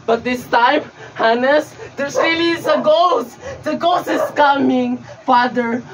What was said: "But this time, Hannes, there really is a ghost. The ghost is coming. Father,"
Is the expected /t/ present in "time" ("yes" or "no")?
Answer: yes